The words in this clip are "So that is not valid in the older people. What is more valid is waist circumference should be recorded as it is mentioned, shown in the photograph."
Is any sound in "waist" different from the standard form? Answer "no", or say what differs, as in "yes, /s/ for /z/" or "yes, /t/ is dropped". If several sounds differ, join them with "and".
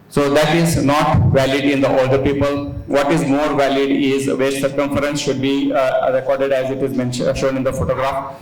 yes, /s/ is dropped